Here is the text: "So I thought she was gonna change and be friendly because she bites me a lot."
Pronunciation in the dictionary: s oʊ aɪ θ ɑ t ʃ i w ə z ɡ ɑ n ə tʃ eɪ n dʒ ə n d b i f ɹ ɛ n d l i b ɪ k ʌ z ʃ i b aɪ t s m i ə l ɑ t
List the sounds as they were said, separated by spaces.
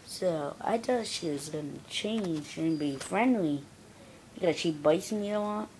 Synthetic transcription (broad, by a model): s oʊ aɪ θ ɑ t ʃ i w ə z ɡ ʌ n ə tʃ eɪ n ʃ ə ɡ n b i f ɹ ɛ n d l i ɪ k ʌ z ʃ i b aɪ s m i ə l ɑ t